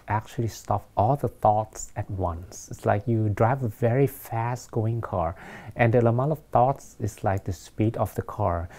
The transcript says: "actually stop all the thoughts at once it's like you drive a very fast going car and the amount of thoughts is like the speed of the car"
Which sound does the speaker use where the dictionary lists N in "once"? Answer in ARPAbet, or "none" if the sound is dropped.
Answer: N